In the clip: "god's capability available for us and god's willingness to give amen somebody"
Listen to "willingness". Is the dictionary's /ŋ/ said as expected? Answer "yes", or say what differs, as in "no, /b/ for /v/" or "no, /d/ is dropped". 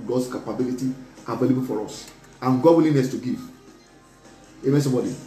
no, /ŋ/ is dropped